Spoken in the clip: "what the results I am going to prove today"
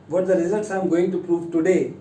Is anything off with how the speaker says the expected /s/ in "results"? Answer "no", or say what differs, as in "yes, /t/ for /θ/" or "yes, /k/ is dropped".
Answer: no